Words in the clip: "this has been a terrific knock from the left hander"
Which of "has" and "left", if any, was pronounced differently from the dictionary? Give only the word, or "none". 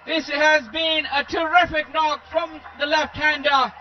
none